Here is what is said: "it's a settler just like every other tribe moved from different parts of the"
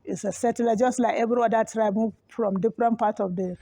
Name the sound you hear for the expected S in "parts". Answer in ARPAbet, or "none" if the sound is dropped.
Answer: none